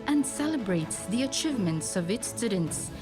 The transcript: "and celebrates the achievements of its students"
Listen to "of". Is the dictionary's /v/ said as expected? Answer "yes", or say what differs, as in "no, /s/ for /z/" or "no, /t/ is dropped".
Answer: yes